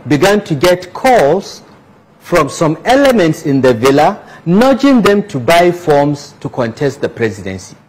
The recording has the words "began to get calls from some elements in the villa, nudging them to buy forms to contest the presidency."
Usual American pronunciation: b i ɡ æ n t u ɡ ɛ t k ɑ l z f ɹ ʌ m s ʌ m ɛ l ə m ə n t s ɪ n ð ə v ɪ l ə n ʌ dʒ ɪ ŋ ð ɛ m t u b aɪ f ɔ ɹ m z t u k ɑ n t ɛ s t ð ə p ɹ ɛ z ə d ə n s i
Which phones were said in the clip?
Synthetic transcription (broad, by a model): b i ɡ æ n t u ɡ ɛ t k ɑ l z f ɹ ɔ m s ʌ m ɛ l ə m ə n t s ɪ n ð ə v ɪ l ə n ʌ dʒ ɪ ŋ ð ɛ m t u b aɪ f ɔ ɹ m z t u k ɑ n t ɛ s t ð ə p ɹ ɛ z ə d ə n s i